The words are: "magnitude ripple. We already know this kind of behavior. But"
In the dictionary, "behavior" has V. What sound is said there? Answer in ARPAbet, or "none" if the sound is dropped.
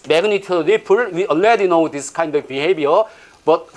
B